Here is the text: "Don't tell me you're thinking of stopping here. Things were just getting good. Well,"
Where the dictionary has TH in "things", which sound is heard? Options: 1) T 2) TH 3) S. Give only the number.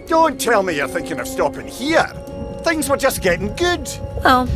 2